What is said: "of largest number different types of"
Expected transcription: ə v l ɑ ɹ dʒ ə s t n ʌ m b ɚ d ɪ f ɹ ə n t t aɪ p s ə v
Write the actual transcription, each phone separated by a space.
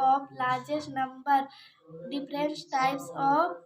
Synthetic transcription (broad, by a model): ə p l ɑ ɹ dʒ ə s t n ʌ m b ɚ d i p ɹ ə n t t aɪ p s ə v